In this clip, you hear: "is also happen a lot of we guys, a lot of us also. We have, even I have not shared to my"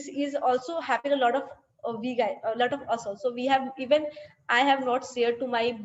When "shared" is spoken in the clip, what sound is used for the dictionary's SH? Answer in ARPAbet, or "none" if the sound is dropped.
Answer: S